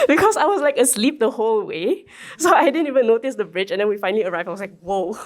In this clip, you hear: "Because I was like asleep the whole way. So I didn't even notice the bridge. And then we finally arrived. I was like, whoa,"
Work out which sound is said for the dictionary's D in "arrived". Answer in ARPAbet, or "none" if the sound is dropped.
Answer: none